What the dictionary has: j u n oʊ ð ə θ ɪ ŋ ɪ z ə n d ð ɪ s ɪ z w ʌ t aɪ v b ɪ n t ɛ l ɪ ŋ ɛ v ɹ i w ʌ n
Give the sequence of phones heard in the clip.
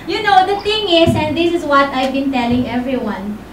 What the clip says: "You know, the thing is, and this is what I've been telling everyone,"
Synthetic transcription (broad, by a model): j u n oʊ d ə t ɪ ŋ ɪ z ə n d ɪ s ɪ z w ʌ t aɪ v b ɪ n t ɛ l ɪ ŋ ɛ v ɹ i w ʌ n